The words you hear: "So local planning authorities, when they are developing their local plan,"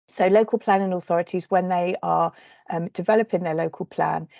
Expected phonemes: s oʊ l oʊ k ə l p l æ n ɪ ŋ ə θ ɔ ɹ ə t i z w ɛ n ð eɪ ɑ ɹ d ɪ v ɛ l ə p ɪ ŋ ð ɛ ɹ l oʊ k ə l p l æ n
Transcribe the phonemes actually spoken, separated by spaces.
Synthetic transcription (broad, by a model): s oʊ l oʊ k ə l p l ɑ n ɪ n ə θ ɔ ɹ ə t i z w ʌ n ð eɪ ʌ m d ɪ v ɛ l ə p ɪ ŋ ð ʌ l oʊ k ə l p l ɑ n